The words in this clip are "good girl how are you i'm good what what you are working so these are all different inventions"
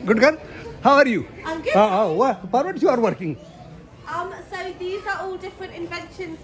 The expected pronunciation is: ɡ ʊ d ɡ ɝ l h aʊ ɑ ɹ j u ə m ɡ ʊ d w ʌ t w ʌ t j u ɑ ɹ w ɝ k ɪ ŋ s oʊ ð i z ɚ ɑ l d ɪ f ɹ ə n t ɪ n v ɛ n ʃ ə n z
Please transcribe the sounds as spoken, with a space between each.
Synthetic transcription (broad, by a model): ɡ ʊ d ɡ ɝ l h aʊ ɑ ɹ j u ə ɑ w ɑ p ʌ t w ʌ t j u ɑ ɹ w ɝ k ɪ ŋ s oʊ ð i z ɚ ɑ l d ɪ f ɹ ə n t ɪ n v ɛ n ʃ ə n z